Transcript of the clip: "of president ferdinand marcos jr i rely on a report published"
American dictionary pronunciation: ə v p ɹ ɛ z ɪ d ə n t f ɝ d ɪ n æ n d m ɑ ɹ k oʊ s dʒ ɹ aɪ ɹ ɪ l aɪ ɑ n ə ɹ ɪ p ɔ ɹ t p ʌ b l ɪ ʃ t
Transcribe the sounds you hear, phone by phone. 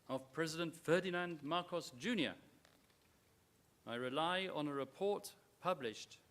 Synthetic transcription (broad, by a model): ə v p ɹ ɛ z ɪ d ə n t f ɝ d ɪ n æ n d m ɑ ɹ k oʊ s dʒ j aɪ ɹ ɪ l aɪ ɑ n ə ɹ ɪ p ɔ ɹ t p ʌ b l ɪ ʃ t